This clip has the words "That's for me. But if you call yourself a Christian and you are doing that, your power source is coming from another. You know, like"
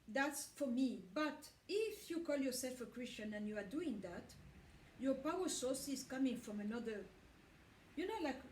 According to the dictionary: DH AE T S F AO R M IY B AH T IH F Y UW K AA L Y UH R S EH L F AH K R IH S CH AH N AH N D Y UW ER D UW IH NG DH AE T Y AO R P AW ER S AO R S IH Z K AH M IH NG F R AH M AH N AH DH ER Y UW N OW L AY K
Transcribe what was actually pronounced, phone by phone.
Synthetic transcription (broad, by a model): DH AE T S F AO R M IY B AH T IH F Y UW K AA L Y UH R S EH L F AH K R IH S CH AH N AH N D Y UW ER D UW IH NG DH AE T Y AO R P AW ER S AO R S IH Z K AH M IH NG F R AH M AH N AH DH ER Y UW N OW L AY K